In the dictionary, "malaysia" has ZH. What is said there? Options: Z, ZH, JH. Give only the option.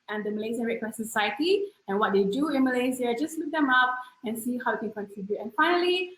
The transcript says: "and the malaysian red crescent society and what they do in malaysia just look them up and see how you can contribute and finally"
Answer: Z